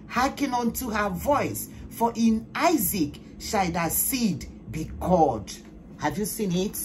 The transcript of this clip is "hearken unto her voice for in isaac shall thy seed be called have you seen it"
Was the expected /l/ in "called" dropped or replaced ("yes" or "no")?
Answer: yes